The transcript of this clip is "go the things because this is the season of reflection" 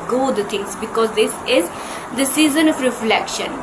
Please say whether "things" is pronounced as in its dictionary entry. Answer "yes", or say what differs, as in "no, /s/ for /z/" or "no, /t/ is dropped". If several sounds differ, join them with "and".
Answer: no, /t/ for /θ/